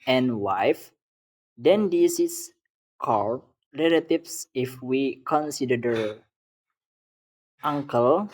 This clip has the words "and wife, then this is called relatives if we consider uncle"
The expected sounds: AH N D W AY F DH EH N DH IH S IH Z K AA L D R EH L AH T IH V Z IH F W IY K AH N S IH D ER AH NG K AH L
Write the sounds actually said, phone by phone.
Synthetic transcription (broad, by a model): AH N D W AY F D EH N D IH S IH S K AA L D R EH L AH T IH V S IH F W IY K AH N S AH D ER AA NG K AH L